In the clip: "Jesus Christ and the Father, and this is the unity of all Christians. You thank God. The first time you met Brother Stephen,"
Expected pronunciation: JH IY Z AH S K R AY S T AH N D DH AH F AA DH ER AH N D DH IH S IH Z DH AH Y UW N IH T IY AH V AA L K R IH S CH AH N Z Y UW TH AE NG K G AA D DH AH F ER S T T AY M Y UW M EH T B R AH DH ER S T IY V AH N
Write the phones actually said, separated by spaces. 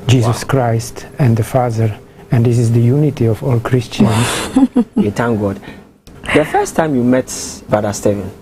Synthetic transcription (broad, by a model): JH IY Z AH S K R AY S T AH N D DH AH F AA DH ER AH N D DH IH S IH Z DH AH Y UW N IH T IY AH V AA L K R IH S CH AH N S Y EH T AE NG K G AA D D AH F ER S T T AY M Y UW M EH T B AA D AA S T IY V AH N